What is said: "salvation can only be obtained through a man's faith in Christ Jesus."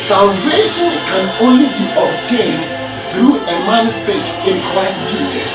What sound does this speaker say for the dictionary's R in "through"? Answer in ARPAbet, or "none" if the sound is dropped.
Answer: R